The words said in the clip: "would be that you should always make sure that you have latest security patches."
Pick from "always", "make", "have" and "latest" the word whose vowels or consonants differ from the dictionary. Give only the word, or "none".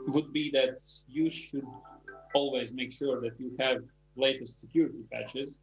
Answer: none